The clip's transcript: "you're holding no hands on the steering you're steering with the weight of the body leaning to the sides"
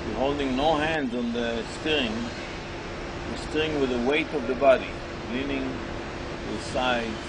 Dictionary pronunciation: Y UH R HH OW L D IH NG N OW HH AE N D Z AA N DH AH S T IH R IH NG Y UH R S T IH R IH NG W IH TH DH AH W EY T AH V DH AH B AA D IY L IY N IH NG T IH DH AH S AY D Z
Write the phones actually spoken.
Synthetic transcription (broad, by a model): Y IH HH OW L D IH NG N OW HH AE N D Z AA N DH AH S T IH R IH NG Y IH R S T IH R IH NG W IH DH AH W EY T AH V DH AH B AA D IY L IY N IH NG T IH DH S AY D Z